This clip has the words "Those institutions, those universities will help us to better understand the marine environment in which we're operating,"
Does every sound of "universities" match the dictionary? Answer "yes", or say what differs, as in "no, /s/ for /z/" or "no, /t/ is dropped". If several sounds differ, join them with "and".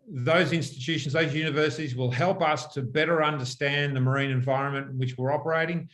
yes